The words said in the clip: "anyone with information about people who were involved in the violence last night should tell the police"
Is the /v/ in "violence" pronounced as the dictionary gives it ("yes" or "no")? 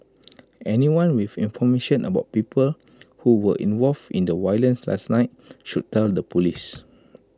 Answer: no